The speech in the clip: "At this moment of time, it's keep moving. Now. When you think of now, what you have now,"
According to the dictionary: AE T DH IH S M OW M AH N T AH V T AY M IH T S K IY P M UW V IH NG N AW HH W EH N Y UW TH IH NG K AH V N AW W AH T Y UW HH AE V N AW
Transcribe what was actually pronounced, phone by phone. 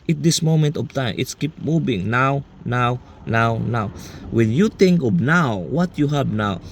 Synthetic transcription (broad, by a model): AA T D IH S M OW M AH N T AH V T AY M IH T S K IY P M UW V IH NG N AW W W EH N Y UW T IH NG K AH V N AW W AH T Y UW HH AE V N AW